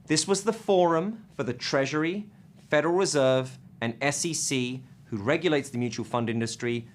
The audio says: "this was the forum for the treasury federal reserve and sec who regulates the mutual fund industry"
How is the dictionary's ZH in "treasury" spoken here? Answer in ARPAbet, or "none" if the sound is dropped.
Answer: ZH